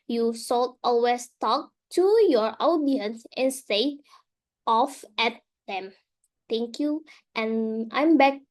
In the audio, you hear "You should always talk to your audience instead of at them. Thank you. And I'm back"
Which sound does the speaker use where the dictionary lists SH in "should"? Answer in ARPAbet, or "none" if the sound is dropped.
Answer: S